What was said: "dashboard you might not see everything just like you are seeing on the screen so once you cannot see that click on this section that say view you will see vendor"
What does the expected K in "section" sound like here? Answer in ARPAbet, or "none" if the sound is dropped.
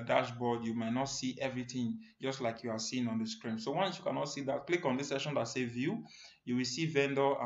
none